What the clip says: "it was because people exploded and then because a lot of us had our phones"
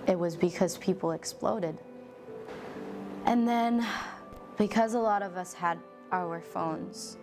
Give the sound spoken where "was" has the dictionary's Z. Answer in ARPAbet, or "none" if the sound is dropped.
Z